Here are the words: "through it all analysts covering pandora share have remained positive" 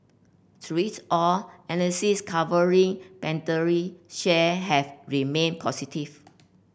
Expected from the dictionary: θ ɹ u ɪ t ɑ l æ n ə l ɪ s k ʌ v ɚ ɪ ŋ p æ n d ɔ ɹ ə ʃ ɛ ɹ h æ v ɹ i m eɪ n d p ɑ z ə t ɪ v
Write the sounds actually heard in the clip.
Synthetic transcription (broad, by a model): s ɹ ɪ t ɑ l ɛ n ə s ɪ s k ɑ v ɚ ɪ ŋ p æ n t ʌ ɹ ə ʃ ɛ h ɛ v ɹ i m eɪ n p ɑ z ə t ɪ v